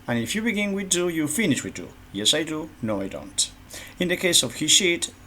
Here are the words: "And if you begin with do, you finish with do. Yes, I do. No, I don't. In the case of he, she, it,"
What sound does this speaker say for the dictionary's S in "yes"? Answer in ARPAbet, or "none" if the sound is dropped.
S